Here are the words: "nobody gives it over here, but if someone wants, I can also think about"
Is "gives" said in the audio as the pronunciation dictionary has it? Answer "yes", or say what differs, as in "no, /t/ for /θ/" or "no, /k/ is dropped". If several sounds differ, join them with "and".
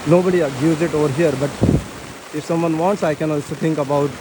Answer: no, /v/ is dropped